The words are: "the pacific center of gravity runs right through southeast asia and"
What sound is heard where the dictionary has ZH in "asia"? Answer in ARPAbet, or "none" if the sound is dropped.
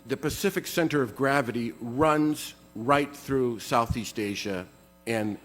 ZH